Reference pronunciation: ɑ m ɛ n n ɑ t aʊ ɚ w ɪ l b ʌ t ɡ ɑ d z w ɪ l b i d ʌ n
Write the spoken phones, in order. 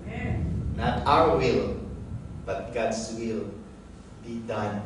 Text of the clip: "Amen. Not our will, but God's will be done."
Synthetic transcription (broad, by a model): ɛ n n ɑ t aʊ ɚ w ɪ l b ʌ t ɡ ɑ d s w ɪ l b i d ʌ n